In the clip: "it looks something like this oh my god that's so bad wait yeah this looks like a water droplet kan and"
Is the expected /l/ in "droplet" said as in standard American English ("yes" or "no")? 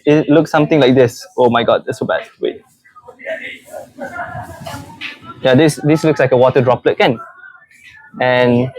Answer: yes